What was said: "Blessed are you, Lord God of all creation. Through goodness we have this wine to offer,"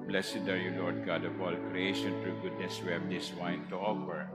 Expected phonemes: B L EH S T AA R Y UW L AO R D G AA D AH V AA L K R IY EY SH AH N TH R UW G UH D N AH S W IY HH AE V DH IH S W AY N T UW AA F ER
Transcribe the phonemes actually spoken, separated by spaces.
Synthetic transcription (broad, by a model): B L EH S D AA R Y UW L AO R D G AA D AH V AA L K R IY EY SH AH N T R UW G UH D N AH S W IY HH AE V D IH S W AY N T UW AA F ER